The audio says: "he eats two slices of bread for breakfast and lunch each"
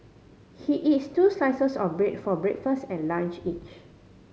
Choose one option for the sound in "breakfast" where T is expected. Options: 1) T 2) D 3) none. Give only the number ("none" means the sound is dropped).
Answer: 1